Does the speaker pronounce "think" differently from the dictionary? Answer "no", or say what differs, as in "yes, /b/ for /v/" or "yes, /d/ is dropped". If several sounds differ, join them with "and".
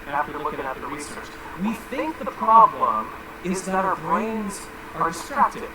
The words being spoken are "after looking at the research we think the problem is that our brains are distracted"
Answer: no